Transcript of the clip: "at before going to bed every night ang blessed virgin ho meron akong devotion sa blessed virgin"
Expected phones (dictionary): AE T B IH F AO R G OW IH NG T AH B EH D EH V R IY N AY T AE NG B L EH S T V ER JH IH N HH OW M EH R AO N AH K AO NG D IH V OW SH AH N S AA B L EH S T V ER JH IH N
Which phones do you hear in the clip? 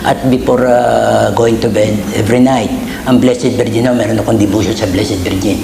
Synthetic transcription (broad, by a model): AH T B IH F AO R G OW IH NG T AH B EH D EH V R IY N AY T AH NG B L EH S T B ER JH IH N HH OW M EH R AO N AH K AO NG D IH B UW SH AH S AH B L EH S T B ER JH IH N